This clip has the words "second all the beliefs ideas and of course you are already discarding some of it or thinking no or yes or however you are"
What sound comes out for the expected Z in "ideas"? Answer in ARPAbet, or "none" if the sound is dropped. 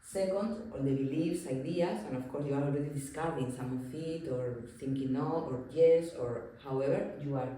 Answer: S